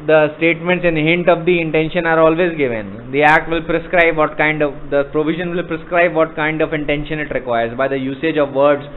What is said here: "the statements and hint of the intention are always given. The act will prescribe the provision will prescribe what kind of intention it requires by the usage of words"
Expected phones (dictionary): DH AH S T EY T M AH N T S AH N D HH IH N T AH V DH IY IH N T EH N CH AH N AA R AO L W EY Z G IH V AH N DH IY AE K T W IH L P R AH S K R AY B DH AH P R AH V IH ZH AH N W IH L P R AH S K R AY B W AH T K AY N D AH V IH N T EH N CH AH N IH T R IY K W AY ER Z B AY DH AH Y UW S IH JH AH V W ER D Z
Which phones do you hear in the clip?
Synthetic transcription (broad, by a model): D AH S T EY T M AH N T S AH N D HH IH N T AH V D IY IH N T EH N SH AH N AA R AO L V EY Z G IH V AH N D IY AE K T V IH L P R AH S K R AY B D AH P R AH V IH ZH AH N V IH L P R AH S K R AY B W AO T K AY N D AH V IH N T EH N SH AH N IH T R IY K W AY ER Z B AY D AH Y UW S IH JH AH V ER D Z